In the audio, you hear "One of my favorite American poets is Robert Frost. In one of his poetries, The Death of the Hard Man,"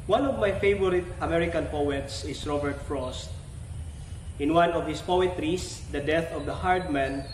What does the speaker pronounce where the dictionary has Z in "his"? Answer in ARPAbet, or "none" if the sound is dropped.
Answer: S